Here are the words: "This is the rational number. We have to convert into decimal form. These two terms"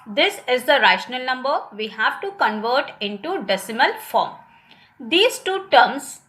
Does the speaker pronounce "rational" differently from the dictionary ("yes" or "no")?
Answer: no